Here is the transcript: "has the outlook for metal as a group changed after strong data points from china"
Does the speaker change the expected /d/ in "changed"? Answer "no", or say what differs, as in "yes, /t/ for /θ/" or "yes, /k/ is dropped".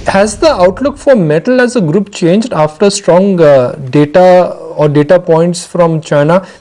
no